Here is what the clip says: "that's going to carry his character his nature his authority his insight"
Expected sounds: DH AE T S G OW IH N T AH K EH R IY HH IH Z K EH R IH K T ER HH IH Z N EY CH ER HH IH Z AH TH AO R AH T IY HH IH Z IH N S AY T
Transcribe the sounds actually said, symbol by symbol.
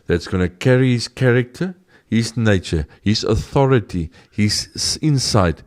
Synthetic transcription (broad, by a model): DH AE T S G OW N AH K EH R IY HH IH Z K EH R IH K T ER HH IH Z N EY CH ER HH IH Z AH TH AO R AH T IY HH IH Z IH N S AY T